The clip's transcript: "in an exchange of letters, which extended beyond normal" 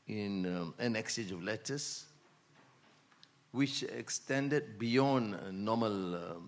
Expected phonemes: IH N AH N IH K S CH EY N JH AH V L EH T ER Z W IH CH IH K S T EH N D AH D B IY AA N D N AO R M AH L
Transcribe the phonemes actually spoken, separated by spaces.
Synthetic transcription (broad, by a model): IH N AH N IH K S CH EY JH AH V L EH T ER S W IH CH IH K S T EH N D AH D B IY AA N N AO M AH L